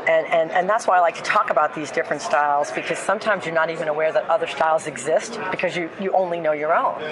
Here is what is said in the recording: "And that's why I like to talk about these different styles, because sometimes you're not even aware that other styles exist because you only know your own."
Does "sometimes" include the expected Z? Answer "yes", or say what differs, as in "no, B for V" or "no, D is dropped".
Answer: yes